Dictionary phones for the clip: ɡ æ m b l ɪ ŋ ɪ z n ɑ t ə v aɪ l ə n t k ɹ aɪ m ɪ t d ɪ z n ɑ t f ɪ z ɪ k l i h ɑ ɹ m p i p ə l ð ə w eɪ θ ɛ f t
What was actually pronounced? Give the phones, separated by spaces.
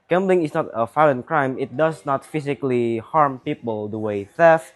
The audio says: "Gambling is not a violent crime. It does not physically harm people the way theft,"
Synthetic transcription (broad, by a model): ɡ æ m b l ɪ ŋ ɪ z n ɑ t ə f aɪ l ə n k ɹ aɪ m ɪ t d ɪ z n ɑ t f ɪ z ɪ k l i h ɑ ɹ m p i p ə l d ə w eɪ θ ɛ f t